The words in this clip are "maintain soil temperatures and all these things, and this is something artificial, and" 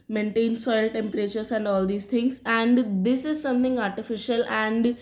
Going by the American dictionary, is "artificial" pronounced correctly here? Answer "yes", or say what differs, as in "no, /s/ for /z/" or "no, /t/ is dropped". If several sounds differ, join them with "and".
yes